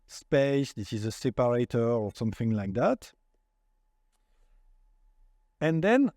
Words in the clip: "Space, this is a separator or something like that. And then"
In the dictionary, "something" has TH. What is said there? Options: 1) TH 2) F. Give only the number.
1